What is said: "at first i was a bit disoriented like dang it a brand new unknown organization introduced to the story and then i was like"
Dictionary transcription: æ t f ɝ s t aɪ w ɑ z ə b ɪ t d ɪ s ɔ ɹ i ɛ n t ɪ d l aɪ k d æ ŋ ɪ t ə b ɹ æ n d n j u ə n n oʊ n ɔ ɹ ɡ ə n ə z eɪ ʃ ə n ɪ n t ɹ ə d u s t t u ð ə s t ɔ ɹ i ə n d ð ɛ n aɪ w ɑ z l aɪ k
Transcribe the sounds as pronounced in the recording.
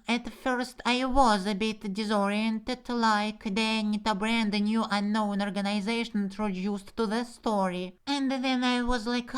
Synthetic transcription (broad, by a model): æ t f ɝ s t aɪ w ɑ z ə b ɪ t d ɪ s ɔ ɹ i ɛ n t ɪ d l aɪ k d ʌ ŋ ɪ t ə b ɹ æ n d n j u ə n n oʊ n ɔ ɹ ɡ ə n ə z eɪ ʃ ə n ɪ n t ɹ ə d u s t t u ð ə s t ɔ ɹ i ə n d ð ɛ n aɪ w ɑ z l aɪ k